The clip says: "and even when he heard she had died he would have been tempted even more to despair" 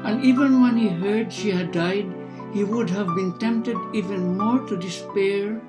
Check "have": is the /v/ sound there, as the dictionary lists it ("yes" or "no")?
yes